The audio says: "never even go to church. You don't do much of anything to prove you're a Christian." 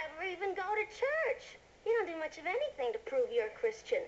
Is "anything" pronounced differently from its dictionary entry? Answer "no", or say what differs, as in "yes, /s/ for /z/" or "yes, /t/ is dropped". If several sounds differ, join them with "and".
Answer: no